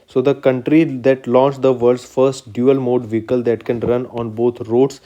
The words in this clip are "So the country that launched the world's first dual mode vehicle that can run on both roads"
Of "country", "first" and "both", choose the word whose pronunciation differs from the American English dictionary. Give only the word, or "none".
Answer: both